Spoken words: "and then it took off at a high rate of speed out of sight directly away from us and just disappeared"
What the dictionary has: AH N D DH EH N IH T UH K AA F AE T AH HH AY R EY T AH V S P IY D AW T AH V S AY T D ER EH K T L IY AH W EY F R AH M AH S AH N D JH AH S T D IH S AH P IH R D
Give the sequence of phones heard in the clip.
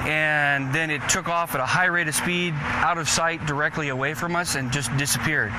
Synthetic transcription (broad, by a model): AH N DH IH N IH T UH K AA F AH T AH HH AY R EY T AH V S P IY D AW T AH V S AY T D ER EH K T L IY AH W EY F R AH M AH S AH N JH AH S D IH S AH P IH R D